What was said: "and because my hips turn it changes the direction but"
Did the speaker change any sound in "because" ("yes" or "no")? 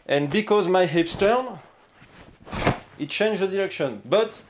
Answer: no